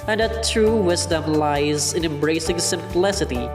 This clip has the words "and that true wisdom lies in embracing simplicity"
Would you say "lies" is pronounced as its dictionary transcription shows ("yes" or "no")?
yes